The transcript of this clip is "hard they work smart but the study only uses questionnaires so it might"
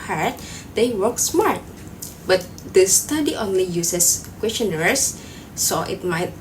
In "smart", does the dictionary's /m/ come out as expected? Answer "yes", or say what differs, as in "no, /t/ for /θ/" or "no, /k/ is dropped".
yes